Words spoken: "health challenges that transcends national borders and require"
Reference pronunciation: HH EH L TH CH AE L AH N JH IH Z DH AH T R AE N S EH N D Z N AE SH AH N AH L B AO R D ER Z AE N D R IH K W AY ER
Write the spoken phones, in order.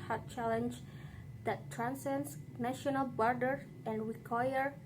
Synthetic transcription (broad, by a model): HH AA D CH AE L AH N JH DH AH T R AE N S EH N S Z N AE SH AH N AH L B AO R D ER AE N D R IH K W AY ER